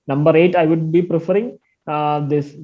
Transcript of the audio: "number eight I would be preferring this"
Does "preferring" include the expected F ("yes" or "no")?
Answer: yes